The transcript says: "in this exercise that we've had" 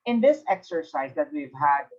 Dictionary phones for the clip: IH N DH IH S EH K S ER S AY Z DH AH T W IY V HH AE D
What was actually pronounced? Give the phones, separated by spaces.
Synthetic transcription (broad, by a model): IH N DH IH S EH K S ER S AY Z DH AH T W IY V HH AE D